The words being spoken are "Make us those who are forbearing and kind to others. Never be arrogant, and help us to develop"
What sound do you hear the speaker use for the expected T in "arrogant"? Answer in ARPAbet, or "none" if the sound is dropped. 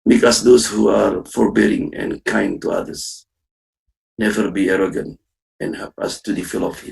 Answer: T